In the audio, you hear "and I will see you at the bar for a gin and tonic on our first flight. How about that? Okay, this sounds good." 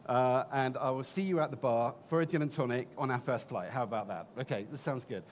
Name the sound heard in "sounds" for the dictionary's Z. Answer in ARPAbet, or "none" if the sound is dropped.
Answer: Z